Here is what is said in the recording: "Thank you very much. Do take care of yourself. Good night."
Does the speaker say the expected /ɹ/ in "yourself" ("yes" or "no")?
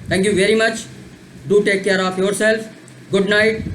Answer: yes